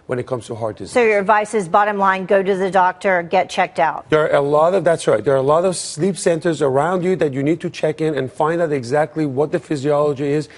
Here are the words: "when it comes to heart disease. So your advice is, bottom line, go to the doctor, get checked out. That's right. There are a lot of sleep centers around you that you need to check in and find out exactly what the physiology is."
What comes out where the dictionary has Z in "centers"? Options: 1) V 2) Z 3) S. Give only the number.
2